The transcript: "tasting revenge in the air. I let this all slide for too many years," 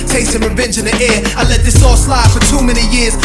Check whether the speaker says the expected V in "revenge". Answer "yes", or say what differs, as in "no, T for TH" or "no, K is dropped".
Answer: yes